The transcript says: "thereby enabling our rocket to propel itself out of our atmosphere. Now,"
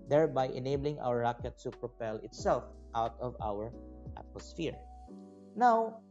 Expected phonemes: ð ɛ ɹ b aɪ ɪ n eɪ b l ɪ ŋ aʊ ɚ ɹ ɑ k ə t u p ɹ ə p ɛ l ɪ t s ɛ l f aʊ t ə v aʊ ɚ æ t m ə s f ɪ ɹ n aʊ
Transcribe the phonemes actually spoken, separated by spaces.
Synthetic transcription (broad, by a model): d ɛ ɹ b aɪ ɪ n eɪ b l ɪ ŋ aʊ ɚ ɹ ɑ k ə t u p ɹ ə p ɛ l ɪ t s ɛ l f aʊ t ə v aʊ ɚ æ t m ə s f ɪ ɹ n aʊ